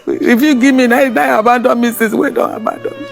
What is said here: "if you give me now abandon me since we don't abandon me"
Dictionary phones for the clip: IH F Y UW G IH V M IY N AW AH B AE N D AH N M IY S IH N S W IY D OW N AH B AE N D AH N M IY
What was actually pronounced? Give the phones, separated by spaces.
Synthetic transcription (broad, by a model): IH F Y UW G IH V M IY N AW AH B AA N D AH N M IY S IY S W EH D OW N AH B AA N D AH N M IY